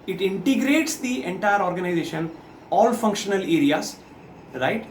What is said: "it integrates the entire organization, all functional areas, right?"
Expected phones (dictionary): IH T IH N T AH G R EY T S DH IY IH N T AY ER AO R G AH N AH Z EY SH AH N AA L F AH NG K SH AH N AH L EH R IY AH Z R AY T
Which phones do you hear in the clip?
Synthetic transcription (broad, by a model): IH T IH N T AH G R EY T S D IY IH N T AY ER AO R G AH N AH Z EY SH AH N AA L F AH NG K SH AH N AH L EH R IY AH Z R AY T